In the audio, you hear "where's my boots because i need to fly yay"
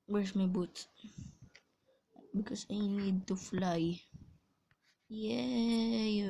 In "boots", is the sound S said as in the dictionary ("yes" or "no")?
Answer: no